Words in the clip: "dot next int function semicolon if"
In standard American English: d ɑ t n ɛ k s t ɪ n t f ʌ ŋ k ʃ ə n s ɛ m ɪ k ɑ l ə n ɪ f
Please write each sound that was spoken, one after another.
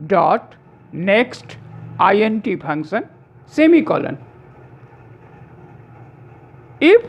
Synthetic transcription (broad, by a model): d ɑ t n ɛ k s t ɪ n t p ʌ ŋ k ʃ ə n s ɛ m ɪ k ɑ l ə n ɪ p